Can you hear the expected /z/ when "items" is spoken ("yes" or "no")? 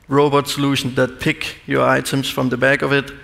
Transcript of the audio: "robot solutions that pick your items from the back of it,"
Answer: no